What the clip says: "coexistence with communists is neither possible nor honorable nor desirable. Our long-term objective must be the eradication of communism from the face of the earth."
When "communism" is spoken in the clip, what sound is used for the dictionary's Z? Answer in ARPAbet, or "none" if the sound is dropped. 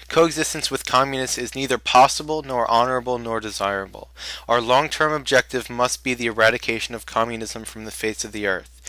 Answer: Z